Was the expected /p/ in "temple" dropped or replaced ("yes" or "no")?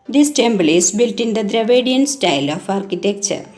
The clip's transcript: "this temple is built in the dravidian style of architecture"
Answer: yes